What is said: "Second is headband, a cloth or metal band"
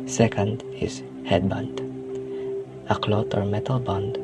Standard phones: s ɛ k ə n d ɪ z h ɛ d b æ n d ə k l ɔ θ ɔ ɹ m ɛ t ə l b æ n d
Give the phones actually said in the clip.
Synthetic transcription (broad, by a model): s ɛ k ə n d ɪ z h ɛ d b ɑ n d ə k l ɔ t ɔ ɹ m ɛ t ə l b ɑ n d